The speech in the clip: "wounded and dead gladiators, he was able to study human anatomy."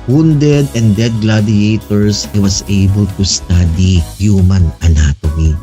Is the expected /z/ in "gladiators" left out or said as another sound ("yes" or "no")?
yes